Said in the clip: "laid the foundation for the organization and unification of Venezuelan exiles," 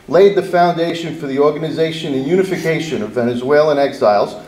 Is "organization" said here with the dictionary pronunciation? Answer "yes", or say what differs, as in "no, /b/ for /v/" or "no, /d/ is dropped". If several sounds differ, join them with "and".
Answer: yes